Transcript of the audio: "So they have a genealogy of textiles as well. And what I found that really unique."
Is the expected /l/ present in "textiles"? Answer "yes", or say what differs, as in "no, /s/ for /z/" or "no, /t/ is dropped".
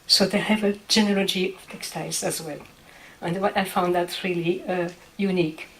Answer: no, /l/ is dropped